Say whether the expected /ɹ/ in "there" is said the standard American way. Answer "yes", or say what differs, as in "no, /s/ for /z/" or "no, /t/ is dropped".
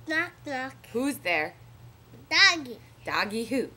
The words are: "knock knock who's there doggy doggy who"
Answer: yes